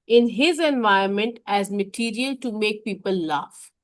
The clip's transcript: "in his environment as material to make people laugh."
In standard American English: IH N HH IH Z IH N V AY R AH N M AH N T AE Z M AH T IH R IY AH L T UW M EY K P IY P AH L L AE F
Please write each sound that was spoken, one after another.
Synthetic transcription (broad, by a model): IH N HH IH Z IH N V AY AH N M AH N T AE Z M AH T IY R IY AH L T UW M EY K P IY P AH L L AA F